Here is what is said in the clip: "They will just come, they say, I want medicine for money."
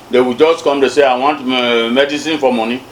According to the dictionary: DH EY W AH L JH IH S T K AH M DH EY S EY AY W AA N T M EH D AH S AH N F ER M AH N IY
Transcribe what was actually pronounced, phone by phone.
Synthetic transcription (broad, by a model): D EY W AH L JH IH S T K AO M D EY S EY AY W AA N T M EH D AH S AH N F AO M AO N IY